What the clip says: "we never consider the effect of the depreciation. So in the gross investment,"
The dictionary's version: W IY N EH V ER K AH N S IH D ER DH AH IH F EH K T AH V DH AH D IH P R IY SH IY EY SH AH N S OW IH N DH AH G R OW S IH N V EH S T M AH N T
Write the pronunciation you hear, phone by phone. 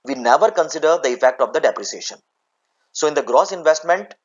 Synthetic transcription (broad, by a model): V IY N EH V ER K AH N S IH D ER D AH IH F EH K T AH V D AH D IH P R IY S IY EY SH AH N S OW IH N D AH G R OW S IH N V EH S T M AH N T